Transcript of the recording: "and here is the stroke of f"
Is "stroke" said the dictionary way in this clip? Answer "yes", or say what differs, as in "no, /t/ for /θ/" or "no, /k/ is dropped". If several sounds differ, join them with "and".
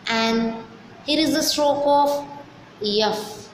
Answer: yes